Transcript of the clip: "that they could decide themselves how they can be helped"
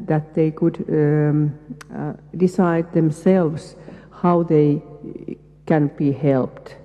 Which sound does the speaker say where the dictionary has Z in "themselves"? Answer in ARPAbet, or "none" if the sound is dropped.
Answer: S